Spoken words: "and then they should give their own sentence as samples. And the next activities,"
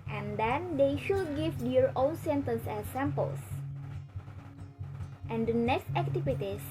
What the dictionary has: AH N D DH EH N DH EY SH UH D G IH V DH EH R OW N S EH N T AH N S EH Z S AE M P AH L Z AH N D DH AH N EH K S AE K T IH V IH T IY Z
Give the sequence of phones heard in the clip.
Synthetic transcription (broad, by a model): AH N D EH N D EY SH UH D G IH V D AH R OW L S EH N T AH N S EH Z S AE M P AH L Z AH N D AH N EH K S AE K T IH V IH T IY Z